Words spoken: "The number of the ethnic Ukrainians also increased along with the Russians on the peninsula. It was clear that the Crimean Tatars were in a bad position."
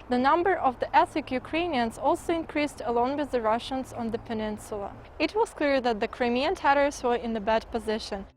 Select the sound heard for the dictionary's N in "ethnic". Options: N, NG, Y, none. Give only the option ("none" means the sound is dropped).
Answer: none